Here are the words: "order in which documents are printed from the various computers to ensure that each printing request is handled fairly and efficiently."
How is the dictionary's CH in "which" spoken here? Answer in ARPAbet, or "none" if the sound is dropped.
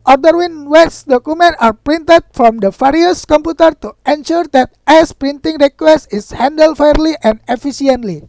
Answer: S